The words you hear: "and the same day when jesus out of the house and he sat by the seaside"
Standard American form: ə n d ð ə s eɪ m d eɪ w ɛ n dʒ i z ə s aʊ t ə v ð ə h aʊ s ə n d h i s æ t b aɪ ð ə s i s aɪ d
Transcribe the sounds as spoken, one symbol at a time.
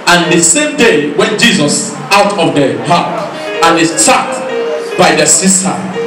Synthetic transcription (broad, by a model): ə n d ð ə s eɪ m d eɪ w ɛ n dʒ i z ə s aʊ t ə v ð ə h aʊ θ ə n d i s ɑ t b aɪ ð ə s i s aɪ